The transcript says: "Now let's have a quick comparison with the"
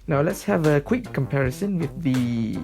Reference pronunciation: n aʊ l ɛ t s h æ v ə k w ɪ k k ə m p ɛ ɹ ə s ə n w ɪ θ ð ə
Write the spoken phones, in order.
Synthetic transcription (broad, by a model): n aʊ l ɛ t s h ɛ v ə k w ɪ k k ə m p ɛ ɹ ə s ə n w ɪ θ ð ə